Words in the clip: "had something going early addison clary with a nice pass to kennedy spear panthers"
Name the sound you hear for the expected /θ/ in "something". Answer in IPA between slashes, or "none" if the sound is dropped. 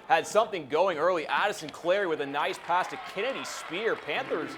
/θ/